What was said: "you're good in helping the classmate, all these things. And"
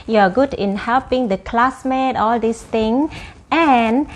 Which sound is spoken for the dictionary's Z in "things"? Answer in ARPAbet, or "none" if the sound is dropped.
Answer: none